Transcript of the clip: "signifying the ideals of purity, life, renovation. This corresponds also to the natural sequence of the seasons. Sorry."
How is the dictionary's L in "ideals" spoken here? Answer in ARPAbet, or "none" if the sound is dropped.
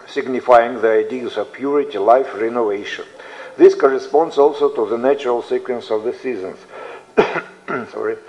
none